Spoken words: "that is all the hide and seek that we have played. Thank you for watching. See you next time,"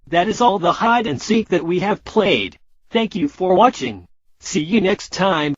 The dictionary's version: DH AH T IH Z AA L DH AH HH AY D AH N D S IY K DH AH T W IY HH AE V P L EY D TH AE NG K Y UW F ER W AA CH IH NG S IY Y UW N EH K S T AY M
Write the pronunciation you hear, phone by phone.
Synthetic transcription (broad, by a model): DH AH T IH Z AA L DH AH HH AY D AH N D S IY K DH AH T W IY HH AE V P L EY D TH AE NG K Y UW F ER W AA CH IH NG S IY Y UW N EH K S T AY M